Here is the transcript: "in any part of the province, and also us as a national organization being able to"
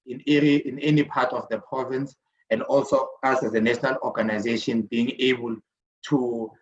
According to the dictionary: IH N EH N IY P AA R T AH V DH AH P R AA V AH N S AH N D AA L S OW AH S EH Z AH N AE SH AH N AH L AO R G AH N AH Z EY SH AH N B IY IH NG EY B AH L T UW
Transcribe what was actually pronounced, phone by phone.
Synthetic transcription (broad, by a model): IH N EH N IY P AA T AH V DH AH P R AA V AH N S AH N D AA L S OW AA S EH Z AH N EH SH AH N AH L AO G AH N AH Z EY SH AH N B IY IH NG EY B AH L T UW